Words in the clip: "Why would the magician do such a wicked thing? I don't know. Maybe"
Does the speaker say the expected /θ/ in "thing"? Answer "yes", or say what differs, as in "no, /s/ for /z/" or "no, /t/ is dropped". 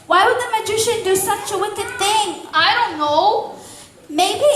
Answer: yes